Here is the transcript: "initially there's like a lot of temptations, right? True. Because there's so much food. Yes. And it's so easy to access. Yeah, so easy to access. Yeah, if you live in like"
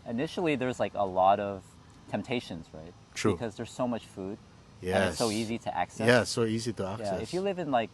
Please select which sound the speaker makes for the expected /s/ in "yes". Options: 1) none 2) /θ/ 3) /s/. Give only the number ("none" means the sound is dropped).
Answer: 3